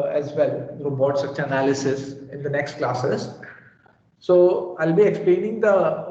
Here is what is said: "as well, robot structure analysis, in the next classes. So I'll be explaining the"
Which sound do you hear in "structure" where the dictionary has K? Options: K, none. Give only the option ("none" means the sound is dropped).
none